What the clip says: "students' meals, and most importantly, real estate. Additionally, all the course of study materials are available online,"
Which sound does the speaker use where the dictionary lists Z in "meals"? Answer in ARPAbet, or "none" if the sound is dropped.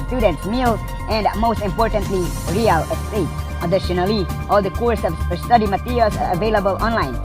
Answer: none